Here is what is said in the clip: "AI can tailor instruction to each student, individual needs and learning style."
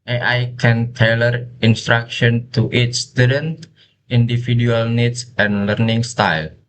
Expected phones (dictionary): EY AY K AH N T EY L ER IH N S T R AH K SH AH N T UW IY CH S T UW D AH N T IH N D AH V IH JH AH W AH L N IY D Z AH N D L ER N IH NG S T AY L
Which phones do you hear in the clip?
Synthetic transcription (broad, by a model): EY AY K AH N T EY L ER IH N S T R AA K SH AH N T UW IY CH S T UW D AH N T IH N D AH F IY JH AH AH L N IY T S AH N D L ER N IH NG S T AY L